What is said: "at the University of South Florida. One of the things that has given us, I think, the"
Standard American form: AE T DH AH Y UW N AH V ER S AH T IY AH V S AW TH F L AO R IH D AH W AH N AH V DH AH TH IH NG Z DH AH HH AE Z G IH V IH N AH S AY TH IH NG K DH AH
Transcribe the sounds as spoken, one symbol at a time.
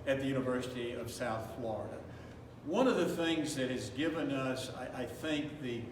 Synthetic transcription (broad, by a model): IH T DH AH Y UW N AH V ER S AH T IY AH V S AW TH F L AO R IH D AH W AH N AH V DH AH TH IH NG Z DH AH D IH Z G IH V IH N AH S AY TH IH NG K DH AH